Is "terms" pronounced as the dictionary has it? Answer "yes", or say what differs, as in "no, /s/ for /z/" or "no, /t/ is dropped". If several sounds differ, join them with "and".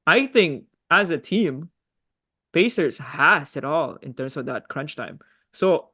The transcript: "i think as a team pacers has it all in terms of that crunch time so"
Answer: no, /s/ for /z/